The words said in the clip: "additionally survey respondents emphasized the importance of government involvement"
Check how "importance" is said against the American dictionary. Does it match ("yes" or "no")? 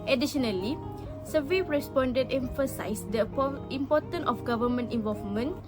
no